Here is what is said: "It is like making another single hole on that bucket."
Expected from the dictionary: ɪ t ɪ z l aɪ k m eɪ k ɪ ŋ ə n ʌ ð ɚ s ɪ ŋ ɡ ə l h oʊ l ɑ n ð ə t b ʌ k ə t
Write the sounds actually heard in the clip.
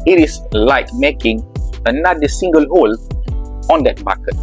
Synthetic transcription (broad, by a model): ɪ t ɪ s l aɪ k m eɪ k ɪ ŋ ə n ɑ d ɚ s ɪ ŋ ɡ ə l h oʊ l ɑ n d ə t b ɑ k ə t